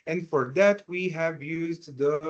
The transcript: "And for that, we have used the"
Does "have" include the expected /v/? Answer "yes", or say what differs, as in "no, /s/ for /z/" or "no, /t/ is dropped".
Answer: yes